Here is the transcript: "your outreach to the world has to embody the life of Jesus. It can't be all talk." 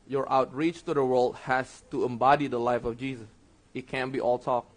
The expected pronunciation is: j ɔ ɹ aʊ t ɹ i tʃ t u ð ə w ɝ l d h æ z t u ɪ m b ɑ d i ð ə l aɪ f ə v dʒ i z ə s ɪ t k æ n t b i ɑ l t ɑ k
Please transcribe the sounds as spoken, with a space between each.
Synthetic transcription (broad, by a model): j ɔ ɹ aʊ t ɹ i tʃ t u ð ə w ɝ l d h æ s t u ɪ m b ɑ d i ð ə l aɪ f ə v dʒ i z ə s ɪ t k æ n b i ɑ l t ɑ k